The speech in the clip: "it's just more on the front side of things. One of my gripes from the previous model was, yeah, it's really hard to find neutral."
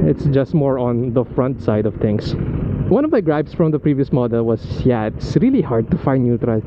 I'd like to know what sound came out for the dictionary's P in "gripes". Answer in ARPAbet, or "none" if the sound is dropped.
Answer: B